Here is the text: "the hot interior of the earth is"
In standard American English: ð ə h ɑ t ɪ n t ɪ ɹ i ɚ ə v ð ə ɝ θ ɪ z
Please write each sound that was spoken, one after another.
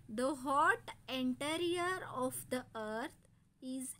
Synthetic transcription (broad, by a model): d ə h ɑ t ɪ n t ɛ ɹ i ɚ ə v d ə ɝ t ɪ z